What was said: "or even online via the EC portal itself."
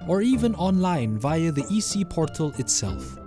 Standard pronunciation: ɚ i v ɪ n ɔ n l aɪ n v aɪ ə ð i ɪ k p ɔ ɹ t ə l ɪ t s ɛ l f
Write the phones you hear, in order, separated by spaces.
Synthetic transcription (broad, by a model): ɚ i v ɪ n ɔ n l aɪ n v aɪ ə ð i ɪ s p ɔ ɹ t ə l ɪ t s ɛ l f